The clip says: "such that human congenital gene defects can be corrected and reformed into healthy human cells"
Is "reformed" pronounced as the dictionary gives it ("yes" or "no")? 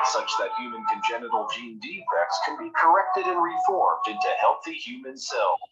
yes